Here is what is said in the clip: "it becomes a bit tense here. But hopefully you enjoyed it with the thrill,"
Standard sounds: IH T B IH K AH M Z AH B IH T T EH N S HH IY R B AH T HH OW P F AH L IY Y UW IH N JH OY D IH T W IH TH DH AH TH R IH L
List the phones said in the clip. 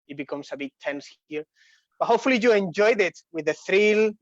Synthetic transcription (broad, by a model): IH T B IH K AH M S AH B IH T T EH N S HH IY R B AH T HH OW P F AH L IY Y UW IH N JH OY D IH T W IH DH AH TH R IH L